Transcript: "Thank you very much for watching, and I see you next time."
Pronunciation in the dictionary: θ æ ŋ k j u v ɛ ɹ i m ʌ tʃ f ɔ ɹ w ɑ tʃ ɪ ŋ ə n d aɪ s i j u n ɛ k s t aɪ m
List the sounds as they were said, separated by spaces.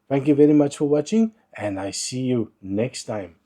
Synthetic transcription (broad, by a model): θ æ ŋ k j u v ɛ ɹ i m ʌ tʃ f ɔ ɹ w ɑ tʃ ɪ ŋ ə n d aɪ s i j u n ɛ k s t aɪ m